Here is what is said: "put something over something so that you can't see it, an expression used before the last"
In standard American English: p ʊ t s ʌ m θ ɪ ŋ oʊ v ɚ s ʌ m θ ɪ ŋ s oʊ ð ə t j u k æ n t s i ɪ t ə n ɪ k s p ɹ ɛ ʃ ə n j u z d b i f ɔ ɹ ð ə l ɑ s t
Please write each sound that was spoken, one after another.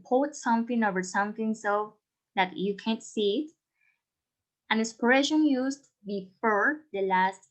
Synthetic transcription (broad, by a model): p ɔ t s ʌ m θ ɪ ŋ oʊ v ɚ s ʌ m θ ɪ ŋ s oʊ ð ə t j u k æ n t s i ɪ t ə n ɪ s p ɹ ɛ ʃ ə n j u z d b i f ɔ ɹ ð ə l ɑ s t